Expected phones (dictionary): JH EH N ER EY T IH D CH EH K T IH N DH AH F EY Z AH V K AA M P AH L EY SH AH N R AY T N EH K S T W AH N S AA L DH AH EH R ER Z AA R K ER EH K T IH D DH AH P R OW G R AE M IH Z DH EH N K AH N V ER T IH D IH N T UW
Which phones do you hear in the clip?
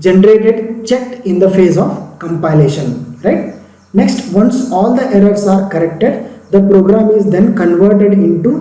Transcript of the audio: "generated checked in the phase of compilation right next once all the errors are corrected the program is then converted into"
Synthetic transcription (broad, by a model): JH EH N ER EY T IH D CH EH K IH N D AH F EY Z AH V K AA M P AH L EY SH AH N R AY T N EH K S T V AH N S AA L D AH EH R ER S AA R K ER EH K T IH D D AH P R OW G R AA M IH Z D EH N K AH N V ER T IH D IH N T UW